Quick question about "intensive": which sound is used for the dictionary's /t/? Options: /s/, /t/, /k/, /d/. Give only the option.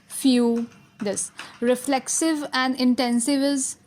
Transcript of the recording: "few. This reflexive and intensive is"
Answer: /t/